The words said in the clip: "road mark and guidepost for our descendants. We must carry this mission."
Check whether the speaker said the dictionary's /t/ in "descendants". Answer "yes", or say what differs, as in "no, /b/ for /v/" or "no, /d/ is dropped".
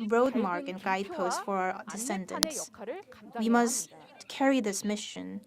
no, /s/ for /t/